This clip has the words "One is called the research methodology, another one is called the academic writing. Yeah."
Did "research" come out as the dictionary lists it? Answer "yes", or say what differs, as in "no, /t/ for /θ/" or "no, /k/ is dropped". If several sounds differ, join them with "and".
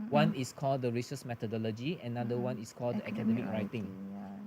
no, /s/ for /tʃ/